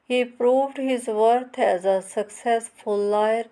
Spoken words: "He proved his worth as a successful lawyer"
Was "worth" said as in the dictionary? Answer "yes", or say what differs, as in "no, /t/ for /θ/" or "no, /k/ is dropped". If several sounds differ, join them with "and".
no, /t/ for /θ/